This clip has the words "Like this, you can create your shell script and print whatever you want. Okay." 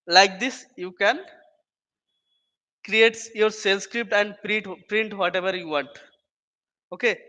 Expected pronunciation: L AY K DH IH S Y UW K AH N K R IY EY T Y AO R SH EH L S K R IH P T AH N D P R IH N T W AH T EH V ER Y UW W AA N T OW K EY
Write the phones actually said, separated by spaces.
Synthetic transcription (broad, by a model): L AY K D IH S Y UW K AH N K R IY EY T Y AO R S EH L S K R IH P T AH N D P R IH N T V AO T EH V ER Y UW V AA N T OW K EY